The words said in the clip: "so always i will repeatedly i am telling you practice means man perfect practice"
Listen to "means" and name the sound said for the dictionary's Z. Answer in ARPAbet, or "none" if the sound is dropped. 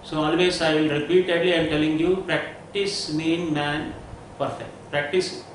none